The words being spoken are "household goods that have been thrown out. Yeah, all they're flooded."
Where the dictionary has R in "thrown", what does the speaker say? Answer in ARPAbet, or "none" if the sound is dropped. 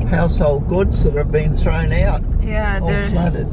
R